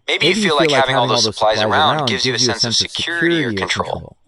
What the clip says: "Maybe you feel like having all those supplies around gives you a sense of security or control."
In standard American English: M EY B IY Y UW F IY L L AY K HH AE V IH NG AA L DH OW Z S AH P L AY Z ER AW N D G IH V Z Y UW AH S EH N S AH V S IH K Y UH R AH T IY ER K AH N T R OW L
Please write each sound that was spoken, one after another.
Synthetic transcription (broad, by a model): M EY B IY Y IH F IY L L AY K HH AE V IH NG AA L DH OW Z S AH P L AY Z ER AW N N G IH V Z Y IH AH S EH N S AH V S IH K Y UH R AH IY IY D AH N T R OW L